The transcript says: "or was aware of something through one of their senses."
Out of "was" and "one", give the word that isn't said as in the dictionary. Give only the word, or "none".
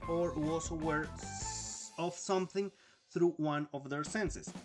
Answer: was